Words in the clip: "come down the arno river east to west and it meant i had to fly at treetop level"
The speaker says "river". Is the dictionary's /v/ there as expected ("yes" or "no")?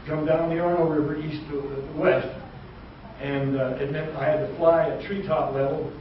yes